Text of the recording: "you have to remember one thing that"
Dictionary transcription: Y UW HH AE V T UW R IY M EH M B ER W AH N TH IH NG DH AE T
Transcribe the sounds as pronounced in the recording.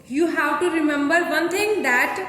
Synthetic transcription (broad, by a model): Y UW HH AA W T UW R IY M EH M B ER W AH N T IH NG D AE T